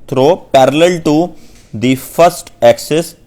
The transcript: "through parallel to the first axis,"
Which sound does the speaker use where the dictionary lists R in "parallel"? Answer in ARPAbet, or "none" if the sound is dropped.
R